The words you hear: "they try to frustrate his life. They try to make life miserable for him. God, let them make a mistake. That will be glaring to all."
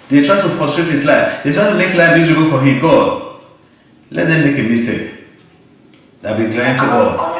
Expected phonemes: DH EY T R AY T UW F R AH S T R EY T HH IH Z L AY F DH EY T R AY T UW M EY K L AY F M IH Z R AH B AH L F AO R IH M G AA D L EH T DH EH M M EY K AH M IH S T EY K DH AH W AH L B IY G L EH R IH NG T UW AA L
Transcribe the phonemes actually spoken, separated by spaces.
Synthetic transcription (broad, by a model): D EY T R AY T UW F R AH S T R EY T HH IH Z L AY F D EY T R AY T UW M EY K L AY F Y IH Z AH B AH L F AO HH IH M G AA D L EH T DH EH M M EY K AH M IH S T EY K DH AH B IY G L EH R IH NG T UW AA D